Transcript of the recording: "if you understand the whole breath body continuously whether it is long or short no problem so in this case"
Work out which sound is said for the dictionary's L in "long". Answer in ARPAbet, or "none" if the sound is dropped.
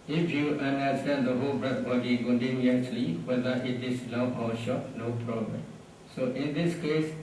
N